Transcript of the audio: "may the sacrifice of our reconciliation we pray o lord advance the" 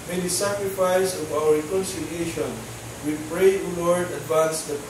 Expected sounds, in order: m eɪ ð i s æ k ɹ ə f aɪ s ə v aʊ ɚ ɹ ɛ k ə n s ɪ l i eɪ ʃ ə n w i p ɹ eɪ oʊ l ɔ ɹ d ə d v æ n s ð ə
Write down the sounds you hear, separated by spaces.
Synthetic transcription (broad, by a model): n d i s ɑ k ɹ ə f aɪ s ə v aʊ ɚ ɹ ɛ k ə n s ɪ l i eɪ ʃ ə n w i p ɹ eɪ oʊ l ɔ ɹ d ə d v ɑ n s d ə